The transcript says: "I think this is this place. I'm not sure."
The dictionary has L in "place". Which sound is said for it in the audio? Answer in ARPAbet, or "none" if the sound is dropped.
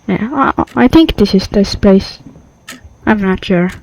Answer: none